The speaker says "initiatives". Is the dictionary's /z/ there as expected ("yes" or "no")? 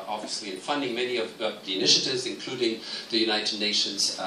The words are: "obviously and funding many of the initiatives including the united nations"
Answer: yes